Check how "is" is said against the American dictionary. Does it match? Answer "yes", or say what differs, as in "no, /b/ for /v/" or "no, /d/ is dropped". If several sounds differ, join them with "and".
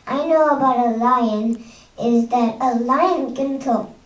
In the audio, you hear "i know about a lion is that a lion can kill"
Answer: yes